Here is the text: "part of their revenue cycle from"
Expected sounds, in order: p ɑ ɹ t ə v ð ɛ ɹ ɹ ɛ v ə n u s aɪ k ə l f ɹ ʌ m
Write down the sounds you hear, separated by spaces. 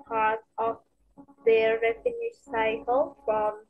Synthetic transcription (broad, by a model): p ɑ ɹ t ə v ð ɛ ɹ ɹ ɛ f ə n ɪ s aɪ k ə l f ɹ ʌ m